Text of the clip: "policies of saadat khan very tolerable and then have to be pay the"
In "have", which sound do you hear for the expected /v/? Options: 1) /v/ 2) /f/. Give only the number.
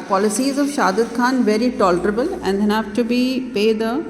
2